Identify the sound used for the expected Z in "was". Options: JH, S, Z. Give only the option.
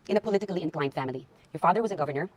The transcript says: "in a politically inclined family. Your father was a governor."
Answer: Z